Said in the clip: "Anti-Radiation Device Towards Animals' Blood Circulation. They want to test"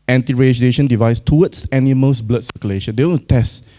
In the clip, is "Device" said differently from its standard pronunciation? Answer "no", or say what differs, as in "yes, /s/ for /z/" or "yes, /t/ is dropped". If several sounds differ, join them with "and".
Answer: no